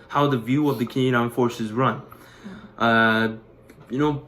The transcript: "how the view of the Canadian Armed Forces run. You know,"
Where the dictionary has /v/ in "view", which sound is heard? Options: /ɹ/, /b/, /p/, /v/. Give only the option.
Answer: /v/